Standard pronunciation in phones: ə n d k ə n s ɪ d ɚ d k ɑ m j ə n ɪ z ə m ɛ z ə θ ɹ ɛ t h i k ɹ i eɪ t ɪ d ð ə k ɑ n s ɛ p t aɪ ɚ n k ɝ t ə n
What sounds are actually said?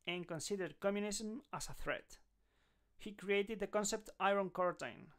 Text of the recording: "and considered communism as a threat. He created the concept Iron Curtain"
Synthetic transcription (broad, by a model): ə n k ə n s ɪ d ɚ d k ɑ m j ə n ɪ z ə m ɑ s ə θ ɹ ɛ t h i k ɹ i eɪ t ɪ d ð ə k ɑ n s ɛ p t aɪ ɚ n k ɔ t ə n